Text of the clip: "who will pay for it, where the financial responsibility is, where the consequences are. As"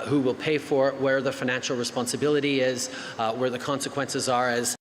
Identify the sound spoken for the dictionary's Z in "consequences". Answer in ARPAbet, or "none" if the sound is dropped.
Z